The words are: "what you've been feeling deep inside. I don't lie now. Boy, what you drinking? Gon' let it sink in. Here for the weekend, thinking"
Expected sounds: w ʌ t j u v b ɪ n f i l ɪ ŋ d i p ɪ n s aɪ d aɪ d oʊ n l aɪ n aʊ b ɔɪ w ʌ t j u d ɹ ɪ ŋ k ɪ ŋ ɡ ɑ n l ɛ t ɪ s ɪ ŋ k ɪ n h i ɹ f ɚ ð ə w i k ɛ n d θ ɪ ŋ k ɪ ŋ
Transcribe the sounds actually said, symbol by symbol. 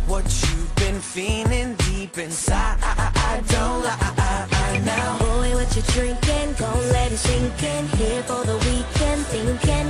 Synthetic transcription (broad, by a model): w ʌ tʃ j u v b ɪ n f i n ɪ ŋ d i p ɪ n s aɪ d aɪ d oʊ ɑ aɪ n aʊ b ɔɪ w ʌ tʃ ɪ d ɹ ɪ ŋ k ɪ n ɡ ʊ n l ɛ t ɪ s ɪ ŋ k ɪ n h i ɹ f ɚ ð ə w i k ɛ n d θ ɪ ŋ k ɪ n